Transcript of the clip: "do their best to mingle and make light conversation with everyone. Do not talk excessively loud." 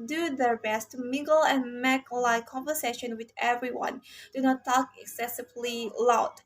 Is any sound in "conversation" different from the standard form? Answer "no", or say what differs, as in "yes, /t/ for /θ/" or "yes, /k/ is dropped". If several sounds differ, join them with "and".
no